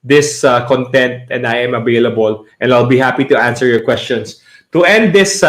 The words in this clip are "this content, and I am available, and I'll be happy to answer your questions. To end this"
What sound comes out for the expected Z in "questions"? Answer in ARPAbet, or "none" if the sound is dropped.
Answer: S